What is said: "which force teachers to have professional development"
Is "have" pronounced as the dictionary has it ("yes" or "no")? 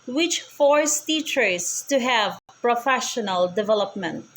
yes